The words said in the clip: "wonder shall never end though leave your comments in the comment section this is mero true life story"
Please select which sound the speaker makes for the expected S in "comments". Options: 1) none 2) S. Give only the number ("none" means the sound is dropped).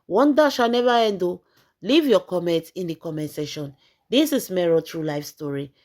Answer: 1